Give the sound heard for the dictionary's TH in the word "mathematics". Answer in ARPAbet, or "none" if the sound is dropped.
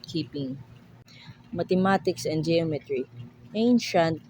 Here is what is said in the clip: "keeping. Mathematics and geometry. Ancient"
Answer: T